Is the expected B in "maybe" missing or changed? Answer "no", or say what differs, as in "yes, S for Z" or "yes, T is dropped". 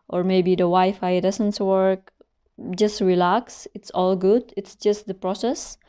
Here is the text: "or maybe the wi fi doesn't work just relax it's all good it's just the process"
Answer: yes, B is dropped